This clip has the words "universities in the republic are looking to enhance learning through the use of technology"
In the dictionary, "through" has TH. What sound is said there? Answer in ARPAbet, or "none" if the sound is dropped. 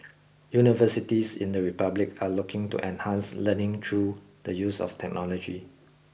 T